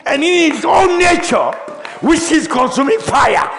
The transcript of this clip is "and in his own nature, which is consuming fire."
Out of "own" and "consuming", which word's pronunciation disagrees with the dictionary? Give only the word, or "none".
own